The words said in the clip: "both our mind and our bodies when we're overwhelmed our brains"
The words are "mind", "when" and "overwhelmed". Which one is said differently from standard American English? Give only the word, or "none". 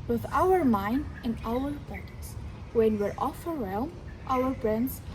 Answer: overwhelmed